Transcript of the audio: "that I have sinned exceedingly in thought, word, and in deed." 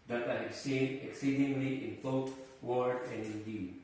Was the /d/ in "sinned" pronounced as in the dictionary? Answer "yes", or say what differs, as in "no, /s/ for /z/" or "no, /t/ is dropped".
no, /d/ is dropped